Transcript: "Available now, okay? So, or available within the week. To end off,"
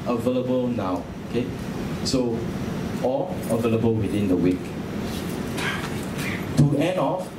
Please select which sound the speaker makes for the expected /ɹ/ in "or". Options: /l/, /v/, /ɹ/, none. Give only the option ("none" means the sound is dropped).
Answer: /l/